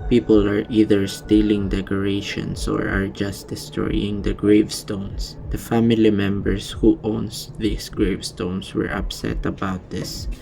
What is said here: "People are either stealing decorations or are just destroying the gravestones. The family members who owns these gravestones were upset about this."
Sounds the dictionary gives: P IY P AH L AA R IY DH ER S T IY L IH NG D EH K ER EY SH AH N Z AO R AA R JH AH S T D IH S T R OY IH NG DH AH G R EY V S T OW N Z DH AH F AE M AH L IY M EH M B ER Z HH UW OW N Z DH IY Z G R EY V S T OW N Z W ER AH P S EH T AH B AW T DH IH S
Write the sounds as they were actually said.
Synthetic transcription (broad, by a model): P IY P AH L AA R IY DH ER S T IY L IH NG D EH K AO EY SH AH N S AO R AA R JH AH S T D IH S T R OY IH NG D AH G R EY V S T OW N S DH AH F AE M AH L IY M EH M B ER S HH UW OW N S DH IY S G R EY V S T OW N S W ER AH P S EH T AH B AW T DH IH S